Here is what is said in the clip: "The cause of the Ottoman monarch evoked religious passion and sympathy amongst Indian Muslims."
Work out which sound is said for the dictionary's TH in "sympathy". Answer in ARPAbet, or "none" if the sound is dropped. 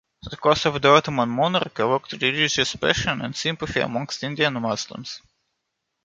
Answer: F